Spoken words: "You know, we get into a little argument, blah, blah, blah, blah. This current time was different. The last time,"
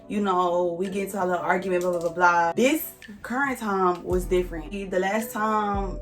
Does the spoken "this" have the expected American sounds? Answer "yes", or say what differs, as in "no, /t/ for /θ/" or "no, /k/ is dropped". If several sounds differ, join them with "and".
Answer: yes